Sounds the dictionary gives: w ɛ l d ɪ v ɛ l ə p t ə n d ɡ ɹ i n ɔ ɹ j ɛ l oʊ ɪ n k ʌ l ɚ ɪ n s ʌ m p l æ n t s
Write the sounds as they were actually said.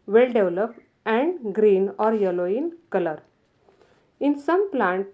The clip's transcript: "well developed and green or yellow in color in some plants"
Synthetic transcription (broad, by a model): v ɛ l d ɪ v l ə p ə n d ɡ ɹ i n ɔ ɹ j ɛ l oʊ ɪ n k ʌ l ɚ ɪ n s ʌ m p l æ n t